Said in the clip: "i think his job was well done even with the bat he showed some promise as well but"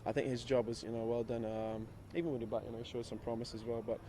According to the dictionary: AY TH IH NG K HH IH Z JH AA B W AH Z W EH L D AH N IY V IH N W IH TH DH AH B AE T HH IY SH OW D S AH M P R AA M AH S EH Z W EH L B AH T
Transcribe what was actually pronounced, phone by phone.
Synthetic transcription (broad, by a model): AY TH IH NG K HH IH Z JH AA B W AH Z W EH L D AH N IY V IH N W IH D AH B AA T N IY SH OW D S AH M P R AA M AH S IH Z W EH L B AH T